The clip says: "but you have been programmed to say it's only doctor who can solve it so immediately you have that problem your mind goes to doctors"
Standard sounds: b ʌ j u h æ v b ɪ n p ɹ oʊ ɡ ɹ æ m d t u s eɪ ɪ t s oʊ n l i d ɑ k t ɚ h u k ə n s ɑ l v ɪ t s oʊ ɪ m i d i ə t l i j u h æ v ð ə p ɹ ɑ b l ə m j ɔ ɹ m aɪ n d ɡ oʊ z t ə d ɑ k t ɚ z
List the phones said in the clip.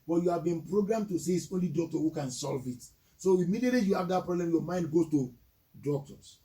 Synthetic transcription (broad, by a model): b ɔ j u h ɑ v b ɪ n p ɹ oʊ ɡ ɹ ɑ m t u s eɪ ɪ t s oʊ n l i d ɑ k t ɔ h u k ə n s ɑ l v ɪ t s oʊ ɪ m i d i ə t l i j u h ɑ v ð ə p ɹ ɑ b l ə m j ɔ m aɪ n d ɡ oʊ t ə d ɑ k t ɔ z